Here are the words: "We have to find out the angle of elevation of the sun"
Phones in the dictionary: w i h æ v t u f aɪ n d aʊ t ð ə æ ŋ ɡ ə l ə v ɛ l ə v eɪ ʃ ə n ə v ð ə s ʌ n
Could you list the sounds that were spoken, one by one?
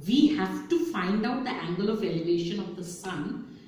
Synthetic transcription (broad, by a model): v i h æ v t u f aɪ n d aʊ t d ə æ ŋ ɡ ə l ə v ɛ l ə v eɪ ʃ ə n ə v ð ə s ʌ n